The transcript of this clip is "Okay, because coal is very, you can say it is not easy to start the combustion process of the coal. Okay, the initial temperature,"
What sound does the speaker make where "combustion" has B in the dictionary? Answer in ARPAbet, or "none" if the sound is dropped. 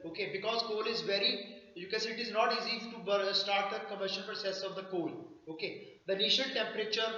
none